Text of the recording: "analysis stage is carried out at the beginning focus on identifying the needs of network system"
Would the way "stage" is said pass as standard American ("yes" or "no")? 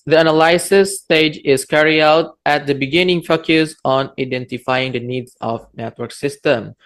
yes